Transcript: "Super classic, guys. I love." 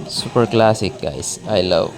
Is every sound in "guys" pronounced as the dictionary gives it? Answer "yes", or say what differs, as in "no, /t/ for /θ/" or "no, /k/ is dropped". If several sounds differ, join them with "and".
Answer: no, /s/ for /z/